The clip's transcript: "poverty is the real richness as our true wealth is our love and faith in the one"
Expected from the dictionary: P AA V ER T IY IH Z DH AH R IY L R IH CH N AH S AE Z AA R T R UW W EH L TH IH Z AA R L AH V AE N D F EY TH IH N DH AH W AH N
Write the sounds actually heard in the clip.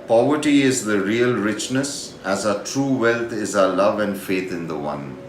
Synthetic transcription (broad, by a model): P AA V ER T IY IH Z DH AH R IY L R IH CH N AH S AE Z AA T R UW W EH L T IH Z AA L AH V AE N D F EY T IH N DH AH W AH N